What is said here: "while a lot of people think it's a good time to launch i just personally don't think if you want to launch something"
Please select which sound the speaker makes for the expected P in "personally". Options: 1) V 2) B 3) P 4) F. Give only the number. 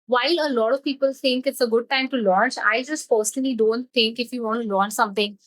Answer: 4